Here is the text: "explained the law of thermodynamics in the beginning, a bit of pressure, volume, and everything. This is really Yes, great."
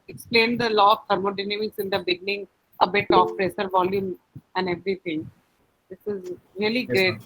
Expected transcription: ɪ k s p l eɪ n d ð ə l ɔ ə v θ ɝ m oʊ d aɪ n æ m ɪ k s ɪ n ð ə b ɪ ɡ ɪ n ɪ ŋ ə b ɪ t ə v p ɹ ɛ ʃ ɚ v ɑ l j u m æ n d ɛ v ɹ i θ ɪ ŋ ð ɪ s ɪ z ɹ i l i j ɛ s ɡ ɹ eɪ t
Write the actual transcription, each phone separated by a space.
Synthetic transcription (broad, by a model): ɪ k s p l eɪ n d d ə l ɔ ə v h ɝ m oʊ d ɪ n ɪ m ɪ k s ɪ n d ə b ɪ ɡ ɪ n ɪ ŋ ə b ɪ t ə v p ɹ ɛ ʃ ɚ v ɑ l j u m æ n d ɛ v ɹ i t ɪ ŋ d ɪ s ɪ z ɹ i i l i ɡ ɹ eɪ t